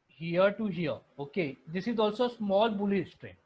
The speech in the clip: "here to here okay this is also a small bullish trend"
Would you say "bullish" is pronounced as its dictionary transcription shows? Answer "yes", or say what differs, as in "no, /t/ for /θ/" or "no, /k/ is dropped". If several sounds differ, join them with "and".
no, /s/ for /ʃ/